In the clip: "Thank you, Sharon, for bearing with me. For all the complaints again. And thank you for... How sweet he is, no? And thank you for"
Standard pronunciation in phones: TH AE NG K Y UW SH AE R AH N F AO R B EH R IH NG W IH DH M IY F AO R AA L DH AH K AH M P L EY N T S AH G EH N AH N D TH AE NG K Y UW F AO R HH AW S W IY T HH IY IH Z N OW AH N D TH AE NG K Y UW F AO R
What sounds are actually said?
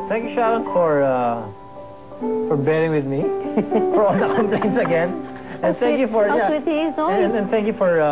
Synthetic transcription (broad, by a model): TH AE NG K Y UW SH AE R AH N F AO R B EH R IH NG W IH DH M IY F AO R AA L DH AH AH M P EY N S AH G EH N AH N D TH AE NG K Y UW F AO R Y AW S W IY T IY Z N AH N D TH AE NG K Y UW F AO R